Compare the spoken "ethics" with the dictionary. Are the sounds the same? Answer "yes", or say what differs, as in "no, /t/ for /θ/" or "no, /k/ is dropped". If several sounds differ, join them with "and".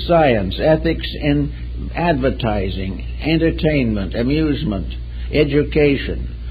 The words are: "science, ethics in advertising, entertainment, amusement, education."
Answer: yes